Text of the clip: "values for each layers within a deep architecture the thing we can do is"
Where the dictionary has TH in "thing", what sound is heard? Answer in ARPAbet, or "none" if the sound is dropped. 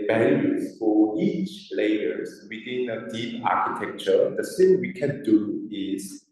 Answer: S